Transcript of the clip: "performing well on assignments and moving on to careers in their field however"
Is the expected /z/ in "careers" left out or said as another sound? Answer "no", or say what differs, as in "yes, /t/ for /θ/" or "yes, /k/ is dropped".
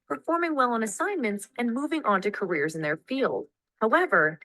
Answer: no